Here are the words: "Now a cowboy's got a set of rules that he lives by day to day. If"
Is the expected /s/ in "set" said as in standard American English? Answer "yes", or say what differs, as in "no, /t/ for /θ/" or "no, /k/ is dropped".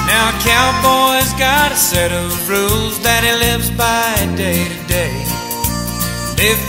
yes